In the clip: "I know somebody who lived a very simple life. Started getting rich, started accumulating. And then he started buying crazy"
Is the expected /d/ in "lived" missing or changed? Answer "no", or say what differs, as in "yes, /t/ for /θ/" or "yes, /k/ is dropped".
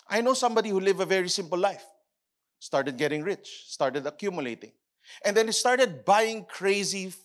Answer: yes, /d/ is dropped